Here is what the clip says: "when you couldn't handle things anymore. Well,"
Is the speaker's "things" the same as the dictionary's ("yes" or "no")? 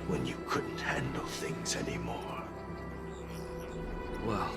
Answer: yes